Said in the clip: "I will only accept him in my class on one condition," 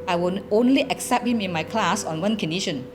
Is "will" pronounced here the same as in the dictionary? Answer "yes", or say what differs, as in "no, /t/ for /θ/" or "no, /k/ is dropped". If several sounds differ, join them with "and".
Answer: no, /n/ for /l/